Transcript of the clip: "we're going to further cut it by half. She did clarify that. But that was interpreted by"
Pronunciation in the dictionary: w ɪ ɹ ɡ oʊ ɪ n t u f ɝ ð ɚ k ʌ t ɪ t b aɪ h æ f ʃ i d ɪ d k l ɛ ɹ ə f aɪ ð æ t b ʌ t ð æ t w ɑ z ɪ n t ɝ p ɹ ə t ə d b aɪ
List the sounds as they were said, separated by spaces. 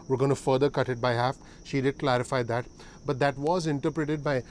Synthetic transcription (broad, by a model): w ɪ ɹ ɡ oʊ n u f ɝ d ɚ k ʌ t ɪ t b aɪ h æ f ʃ i d ɪ d k l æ ɹ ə f aɪ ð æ t b ʌ t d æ t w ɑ z ɪ n t ɝ p ɹ ə t ə d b aɪ